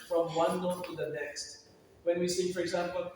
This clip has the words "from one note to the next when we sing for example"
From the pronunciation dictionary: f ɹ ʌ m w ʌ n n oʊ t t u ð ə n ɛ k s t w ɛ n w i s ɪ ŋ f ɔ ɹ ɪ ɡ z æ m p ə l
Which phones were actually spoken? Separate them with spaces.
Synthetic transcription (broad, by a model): f ɹ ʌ m w ʌ n l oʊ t t u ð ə n ɛ k s t w ɛ n w i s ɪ f ɔ ɹ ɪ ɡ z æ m p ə l